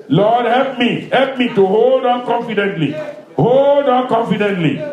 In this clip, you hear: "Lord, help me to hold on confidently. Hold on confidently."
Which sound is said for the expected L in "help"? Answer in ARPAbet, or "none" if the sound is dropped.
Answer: L